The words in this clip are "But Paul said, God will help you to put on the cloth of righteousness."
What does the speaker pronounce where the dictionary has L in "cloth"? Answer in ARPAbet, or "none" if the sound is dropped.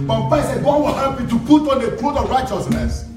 none